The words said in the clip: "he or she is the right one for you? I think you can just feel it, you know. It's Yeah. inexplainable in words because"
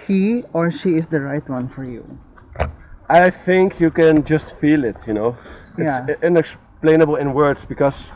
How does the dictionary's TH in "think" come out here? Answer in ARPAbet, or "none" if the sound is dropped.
TH